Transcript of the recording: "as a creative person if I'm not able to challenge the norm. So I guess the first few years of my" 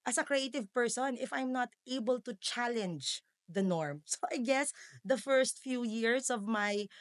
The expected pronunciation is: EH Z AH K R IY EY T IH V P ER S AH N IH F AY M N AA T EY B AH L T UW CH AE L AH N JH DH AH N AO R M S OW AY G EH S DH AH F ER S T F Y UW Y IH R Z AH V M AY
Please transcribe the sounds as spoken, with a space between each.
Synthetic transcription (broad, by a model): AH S AH K R IY EY T IH V P ER S AH N IH F AY M N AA T EY B AH L T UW CH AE L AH N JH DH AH N AO R M S OW AY G EH S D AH F ER S T F Y UW Y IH R S AH V M AY